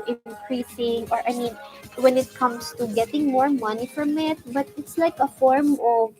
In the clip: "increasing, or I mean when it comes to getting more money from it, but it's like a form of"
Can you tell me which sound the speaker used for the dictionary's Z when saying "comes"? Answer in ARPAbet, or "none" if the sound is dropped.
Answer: S